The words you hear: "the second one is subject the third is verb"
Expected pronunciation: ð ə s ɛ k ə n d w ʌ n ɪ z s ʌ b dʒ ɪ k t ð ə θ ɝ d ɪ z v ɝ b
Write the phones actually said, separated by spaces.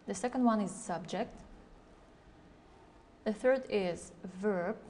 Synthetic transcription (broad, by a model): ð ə s ɛ k ə n d w ʌ n ɪ z s ʌ b dʒ ɪ k t ð ə θ ɝ d ɪ z v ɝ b